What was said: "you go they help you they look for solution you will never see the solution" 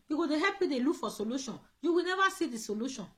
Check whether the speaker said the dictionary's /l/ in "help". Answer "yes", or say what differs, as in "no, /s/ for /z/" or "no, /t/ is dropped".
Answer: no, /l/ is dropped